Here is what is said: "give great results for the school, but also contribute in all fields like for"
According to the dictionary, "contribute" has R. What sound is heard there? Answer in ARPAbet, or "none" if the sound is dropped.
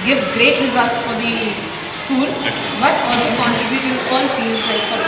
none